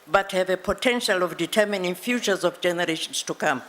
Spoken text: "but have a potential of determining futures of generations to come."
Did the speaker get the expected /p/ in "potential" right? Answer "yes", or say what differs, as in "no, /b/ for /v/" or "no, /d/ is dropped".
yes